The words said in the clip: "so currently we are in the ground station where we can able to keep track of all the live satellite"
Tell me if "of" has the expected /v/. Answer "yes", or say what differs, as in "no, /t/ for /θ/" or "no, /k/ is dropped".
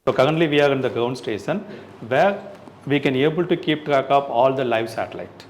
no, /p/ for /v/